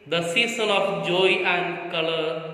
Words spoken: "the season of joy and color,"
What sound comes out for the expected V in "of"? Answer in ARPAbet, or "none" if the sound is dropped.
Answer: P